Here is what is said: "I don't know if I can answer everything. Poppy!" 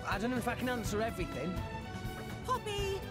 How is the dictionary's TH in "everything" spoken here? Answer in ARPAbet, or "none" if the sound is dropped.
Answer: TH